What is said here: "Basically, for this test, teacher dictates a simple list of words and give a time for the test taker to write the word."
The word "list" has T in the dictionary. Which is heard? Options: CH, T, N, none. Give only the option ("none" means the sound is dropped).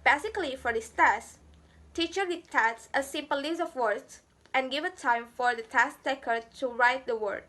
none